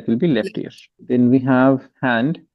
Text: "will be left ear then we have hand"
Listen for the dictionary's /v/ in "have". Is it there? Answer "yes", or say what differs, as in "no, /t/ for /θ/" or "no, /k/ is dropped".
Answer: yes